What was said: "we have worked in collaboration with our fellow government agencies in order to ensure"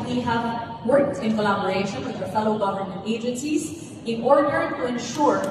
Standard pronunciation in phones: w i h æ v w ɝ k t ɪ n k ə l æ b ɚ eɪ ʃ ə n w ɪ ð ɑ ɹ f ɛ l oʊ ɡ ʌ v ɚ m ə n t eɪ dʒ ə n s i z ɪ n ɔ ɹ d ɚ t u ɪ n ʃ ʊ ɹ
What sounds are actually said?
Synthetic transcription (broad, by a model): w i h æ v w ɝ k t ɪ n k ə l æ b ɚ eɪ ʃ ə n w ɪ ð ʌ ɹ f ɛ l oʊ ɡ ʌ v ɚ m ə n t eɪ dʒ ə n s i z ɪ n ɔ ɹ d ɚ t u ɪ n ʃ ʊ ɹ